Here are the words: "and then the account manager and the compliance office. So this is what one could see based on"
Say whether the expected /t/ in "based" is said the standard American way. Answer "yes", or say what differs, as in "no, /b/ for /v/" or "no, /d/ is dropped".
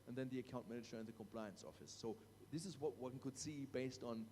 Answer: yes